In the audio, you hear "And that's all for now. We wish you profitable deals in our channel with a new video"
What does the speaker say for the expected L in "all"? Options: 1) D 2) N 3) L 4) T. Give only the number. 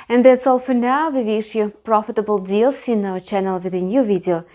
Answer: 3